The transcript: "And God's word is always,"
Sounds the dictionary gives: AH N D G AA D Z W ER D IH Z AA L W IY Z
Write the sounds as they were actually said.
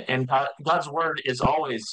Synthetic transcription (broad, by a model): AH N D G AA D Z W ER D IH Z AA L W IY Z